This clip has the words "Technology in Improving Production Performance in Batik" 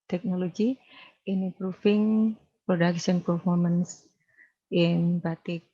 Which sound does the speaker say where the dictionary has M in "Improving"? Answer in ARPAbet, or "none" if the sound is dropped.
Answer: none